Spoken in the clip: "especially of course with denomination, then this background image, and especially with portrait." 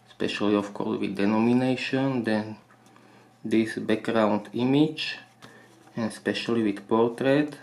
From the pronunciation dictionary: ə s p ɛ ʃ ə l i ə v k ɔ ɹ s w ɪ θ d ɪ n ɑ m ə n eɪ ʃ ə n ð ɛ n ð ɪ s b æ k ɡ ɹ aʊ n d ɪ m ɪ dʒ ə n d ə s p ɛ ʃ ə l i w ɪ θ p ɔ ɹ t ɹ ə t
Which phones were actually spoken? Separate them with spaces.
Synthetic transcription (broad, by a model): s p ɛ ʃ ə l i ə f k ɔ ɹ s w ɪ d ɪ n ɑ m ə n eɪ ʃ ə n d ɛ n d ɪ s b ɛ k ɡ ɹ aʊ n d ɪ m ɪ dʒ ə n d s p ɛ ʃ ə l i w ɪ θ p ɔ ɹ t ɹ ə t